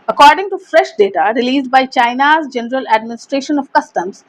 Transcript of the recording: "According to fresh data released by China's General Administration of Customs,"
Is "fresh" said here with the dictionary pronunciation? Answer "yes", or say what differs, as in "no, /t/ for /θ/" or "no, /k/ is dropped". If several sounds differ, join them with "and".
yes